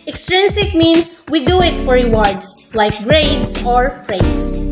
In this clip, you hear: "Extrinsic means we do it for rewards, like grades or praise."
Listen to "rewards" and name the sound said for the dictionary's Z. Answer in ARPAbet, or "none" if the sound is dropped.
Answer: S